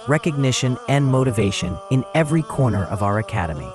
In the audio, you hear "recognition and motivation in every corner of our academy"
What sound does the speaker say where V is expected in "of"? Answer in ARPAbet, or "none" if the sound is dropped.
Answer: V